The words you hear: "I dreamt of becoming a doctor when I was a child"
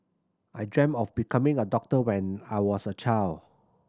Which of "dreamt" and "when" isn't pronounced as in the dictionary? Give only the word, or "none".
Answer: dreamt